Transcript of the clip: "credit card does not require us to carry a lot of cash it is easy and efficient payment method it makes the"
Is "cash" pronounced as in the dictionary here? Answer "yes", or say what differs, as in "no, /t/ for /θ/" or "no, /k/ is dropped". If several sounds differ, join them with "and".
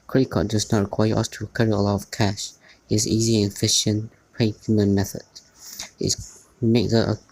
yes